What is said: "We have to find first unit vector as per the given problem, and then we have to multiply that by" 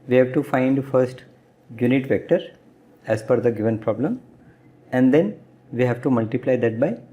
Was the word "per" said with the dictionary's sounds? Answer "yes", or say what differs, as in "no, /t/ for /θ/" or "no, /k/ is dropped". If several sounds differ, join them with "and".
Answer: no, /f/ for /p/